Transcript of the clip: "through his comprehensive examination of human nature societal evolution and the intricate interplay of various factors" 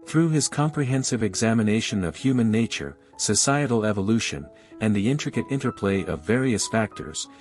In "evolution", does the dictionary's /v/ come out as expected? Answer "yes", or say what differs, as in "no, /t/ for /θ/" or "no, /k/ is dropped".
yes